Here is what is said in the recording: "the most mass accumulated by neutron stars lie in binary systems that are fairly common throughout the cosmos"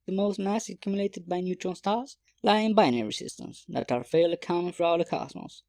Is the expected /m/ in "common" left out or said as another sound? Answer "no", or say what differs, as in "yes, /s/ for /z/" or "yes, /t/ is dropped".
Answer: yes, /m/ is dropped